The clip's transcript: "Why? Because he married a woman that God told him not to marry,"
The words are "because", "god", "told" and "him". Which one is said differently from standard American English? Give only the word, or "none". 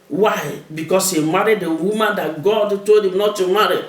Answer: because